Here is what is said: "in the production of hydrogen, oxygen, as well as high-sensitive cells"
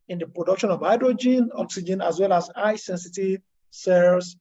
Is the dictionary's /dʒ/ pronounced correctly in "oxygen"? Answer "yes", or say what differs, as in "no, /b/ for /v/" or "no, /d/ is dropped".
yes